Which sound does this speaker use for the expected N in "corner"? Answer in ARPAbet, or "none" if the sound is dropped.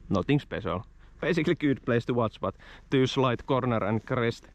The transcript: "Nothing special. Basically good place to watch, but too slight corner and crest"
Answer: N